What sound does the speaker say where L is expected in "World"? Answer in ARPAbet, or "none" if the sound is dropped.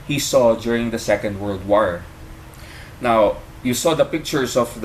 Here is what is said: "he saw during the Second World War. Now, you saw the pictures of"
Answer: L